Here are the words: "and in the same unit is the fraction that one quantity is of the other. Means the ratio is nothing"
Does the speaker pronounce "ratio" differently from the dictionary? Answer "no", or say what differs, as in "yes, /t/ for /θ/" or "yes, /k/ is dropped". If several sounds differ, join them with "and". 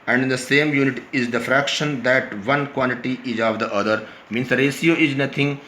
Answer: yes, /s/ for /ʃ/